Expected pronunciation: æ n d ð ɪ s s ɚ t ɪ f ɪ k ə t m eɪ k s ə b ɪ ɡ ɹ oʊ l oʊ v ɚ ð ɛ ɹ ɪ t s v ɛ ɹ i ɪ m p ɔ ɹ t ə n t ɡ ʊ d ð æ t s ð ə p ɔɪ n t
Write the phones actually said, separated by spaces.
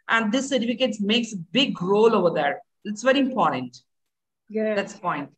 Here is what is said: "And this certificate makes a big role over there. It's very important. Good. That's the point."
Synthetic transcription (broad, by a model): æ n d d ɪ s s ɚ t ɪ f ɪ k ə t m eɪ k s ə b ɪ ɡ ɹ oʊ l oʊ v ɚ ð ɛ ɹ ɪ t s v ɛ ɹ i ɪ m p ɔ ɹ t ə n t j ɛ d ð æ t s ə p ɔɪ n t